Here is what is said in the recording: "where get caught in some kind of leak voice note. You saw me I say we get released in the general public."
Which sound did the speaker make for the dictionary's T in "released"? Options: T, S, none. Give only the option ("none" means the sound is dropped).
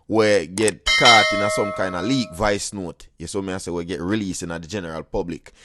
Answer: none